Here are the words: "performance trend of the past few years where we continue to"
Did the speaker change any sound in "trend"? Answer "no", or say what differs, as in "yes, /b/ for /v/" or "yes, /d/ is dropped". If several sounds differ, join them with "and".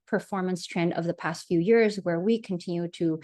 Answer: no